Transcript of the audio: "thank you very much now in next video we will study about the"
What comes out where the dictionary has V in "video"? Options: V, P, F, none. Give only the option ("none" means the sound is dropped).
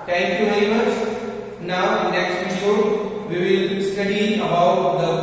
P